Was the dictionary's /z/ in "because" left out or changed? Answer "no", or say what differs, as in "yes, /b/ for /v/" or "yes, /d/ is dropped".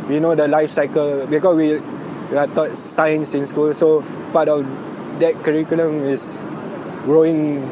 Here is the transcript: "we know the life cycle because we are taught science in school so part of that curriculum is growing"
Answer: yes, /s/ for /z/